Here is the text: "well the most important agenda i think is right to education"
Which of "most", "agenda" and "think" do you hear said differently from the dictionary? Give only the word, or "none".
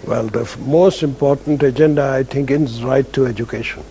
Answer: think